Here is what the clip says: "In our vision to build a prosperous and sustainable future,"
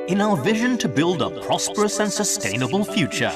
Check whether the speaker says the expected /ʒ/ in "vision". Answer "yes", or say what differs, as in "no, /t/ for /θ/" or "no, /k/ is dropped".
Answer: yes